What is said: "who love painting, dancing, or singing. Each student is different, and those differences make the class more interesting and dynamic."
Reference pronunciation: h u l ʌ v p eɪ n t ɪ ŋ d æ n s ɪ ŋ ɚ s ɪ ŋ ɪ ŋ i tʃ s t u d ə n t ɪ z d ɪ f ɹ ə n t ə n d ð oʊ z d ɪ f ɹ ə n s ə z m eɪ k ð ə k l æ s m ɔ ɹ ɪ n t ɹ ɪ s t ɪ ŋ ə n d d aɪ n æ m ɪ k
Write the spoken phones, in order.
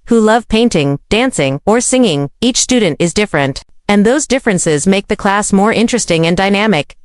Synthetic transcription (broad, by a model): h u l ʌ v p eɪ n t ɪ ŋ d æ n s ɪ ŋ ɚ s ɪ ŋ ɪ ŋ i tʃ s t u d n t ɪ z d ɪ f ɹ ə n t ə n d ð oʊ z d ɪ f ɹ ə n s ə z m eɪ k ð ə k l æ s m ɔ ɹ ɪ n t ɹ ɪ s t ɪ ŋ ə n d d aɪ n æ m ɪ k